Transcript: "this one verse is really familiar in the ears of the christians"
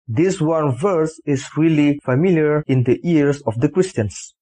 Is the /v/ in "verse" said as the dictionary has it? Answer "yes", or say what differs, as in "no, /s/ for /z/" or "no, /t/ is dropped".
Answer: yes